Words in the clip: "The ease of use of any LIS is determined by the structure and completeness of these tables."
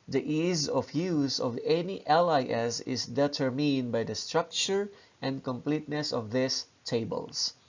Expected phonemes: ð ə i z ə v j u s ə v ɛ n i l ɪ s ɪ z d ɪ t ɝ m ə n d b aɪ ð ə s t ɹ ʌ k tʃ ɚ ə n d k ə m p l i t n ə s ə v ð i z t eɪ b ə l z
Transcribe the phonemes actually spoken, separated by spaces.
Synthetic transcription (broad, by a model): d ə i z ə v j u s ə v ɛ n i l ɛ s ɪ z d ɪ t ɝ m ə n d b aɪ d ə s t ɹ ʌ k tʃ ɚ ə n d k ə m p l i t n ə s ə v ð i s t eɪ b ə l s